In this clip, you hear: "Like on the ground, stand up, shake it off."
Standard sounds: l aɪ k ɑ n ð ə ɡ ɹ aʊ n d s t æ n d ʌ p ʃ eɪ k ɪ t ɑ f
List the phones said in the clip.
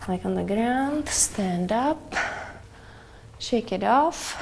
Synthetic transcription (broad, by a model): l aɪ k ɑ n ð ə ɡ ɹ aʊ n d s t æ n d ʌ p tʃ eɪ k ɪ t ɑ f